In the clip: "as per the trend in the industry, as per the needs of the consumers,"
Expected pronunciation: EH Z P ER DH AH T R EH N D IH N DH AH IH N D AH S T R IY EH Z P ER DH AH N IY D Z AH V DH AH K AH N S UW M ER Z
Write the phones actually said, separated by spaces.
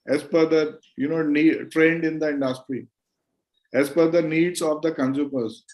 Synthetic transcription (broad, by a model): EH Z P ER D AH T R EH N D IH N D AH IH N D AH S T R IY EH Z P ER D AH N IY D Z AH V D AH K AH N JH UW M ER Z